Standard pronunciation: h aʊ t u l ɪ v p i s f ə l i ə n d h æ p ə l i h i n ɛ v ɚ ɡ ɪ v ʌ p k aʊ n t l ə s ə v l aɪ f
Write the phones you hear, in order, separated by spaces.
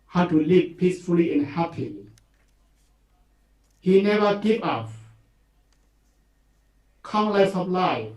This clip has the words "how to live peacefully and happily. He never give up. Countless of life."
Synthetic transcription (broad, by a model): h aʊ t u l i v p i s f ə l i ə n h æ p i h i n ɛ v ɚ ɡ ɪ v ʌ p k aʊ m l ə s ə p l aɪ